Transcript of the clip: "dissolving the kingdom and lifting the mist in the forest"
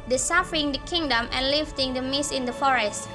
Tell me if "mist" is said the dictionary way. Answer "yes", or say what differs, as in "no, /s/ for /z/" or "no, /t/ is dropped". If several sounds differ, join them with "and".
no, /t/ is dropped